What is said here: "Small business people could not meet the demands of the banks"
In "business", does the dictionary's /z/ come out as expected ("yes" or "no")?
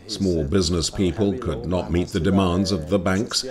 yes